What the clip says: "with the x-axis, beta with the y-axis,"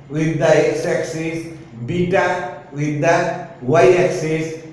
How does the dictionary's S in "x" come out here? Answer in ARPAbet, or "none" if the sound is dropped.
S